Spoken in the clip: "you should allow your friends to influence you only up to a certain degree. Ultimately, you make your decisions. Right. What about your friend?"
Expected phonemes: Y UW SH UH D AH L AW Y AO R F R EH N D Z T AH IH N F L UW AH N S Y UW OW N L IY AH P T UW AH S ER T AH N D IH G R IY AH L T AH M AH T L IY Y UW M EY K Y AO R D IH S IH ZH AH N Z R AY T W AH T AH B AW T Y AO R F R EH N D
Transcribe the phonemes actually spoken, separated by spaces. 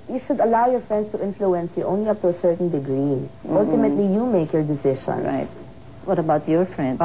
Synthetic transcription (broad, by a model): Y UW SH UH D AH L AW Y AO R F R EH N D S T AH IH N F L UW AH N S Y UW OW N L IY AH P T UW AH S ER T AH N D IH G R IY AH L T AH M AH T L IY Y UW M EY K Y AO R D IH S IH SH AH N R AY T W AH T AH B AW T Y AO R F R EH N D